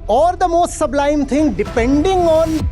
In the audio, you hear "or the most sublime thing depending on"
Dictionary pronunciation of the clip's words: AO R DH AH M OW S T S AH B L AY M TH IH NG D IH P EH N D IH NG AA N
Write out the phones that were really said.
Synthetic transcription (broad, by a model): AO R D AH M OW S T S AH B L AY M T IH NG D IH P EH N D IH NG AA N